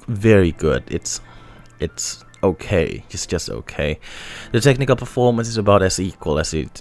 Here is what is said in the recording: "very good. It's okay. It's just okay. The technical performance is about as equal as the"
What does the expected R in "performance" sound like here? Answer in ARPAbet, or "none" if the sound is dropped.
R